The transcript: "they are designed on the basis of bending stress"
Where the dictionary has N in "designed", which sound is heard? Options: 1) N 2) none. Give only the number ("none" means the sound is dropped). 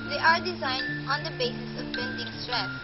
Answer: 1